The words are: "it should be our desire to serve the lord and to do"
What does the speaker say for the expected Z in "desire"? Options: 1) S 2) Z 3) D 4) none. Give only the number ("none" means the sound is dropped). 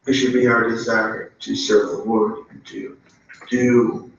2